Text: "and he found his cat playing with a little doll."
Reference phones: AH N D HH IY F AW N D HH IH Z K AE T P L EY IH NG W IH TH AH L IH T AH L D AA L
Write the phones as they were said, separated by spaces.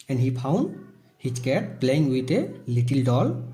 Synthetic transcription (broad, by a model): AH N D HH IY P AW N D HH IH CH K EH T P L EY IH NG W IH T AH L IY T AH L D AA L